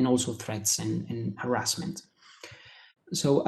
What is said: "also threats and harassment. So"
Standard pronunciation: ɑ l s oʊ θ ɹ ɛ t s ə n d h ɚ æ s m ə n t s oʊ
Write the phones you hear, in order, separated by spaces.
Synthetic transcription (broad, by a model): ɑ l s oʊ θ ɹ ɛ t s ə n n h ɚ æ s m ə n t s oʊ